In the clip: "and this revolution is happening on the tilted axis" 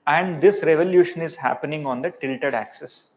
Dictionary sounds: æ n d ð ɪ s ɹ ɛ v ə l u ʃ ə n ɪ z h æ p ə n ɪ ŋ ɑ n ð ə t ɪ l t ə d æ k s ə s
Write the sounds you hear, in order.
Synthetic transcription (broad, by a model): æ n d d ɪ s ɹ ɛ v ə l u ʃ ə n ɪ z h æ p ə n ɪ ŋ ɑ n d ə t ɪ l t ə d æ k s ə s